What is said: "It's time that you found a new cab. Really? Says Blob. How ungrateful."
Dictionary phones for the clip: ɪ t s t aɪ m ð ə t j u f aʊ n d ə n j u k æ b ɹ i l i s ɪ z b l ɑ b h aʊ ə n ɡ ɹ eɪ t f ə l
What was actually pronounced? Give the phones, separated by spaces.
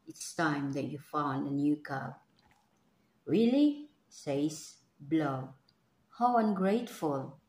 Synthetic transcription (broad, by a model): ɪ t s t aɪ m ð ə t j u f aʊ n d ə n j u k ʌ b ɹ i l i s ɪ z b l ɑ h aʊ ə n ɡ ɹ eɪ t f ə l